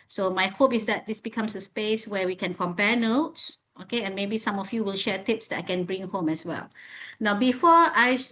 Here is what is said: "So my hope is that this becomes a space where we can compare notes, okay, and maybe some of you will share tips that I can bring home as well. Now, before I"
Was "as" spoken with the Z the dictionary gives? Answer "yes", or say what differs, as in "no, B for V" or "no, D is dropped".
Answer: no, S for Z